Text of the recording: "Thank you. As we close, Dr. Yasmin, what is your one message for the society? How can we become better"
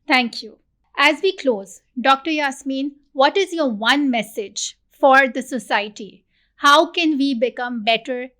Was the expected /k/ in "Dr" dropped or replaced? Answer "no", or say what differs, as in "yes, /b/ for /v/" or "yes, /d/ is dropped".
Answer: no